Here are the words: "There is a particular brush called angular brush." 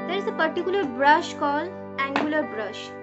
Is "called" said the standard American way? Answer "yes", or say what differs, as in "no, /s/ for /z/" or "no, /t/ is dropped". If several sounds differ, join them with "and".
no, /d/ is dropped